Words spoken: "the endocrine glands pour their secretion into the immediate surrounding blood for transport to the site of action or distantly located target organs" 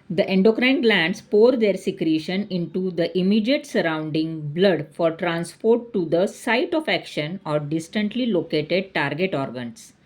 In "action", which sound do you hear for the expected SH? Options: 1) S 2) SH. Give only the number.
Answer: 2